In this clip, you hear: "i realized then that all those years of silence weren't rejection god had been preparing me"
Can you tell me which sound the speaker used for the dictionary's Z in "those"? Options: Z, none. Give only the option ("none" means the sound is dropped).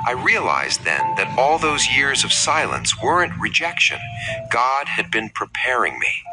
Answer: Z